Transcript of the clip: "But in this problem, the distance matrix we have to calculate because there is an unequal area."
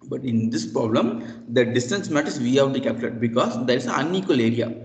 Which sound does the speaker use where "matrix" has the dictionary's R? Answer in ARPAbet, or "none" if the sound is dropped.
none